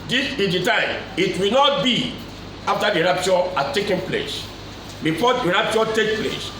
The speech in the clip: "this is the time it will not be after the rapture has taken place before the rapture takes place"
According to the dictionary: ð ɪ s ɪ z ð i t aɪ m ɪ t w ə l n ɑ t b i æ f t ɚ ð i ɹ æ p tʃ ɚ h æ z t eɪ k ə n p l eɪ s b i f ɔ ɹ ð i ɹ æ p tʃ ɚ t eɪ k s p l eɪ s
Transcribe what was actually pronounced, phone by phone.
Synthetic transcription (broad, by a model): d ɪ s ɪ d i t aɪ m ɪ t w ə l n ɑ t b i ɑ f t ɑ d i ɹ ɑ p tʃ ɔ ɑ t eɪ k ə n p l eɪ s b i f ɔ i ɹ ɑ p tʃ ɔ t eɪ k p l eɪ s